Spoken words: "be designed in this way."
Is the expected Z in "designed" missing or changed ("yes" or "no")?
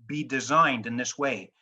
no